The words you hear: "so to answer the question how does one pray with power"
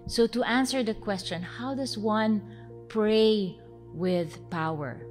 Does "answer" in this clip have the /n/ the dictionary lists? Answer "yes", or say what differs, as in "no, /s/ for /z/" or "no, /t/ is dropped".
yes